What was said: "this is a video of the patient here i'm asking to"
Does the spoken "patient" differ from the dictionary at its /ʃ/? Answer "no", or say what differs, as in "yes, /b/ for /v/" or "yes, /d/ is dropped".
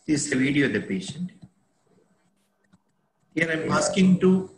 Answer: no